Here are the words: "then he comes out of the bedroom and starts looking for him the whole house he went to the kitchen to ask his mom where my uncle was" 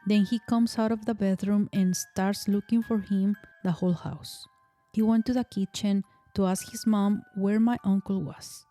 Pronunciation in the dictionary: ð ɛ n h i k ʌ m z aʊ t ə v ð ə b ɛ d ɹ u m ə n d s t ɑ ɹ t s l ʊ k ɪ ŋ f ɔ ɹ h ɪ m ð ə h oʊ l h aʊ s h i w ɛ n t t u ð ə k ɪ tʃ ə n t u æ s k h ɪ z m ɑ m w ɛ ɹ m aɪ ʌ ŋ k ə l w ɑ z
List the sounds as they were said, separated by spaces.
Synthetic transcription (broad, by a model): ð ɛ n h i k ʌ m s aʊ t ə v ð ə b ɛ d ɹ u m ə n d s t ɑ ɹ t s l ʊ k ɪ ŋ f ɔ ɹ h ɪ m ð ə h oʊ l h aʊ s h i w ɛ n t t u ð ə k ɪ tʃ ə n t u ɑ s k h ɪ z m ɑ m w ɛ ɹ m aɪ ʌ ŋ k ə l w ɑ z